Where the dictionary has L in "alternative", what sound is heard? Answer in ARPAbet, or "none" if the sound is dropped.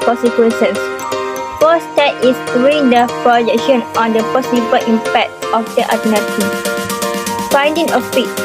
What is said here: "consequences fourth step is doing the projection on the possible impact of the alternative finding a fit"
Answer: none